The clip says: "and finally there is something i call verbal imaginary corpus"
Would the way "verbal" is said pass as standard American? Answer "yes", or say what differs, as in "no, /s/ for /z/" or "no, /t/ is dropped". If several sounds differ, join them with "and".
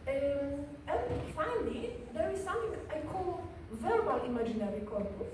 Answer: yes